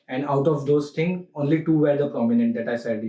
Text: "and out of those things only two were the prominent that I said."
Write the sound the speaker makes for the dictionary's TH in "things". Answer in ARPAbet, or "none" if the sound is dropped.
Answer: T